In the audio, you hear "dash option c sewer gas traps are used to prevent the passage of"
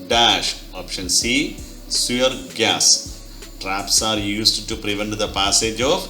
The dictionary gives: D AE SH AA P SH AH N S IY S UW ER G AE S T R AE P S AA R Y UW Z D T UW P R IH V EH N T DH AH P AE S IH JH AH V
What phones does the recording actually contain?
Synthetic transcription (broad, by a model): D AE SH AA P SH AH N S IY S UW ER G AE S T R AE P S AA R Y UW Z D T UW P R IH V EH N T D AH P AE S IH JH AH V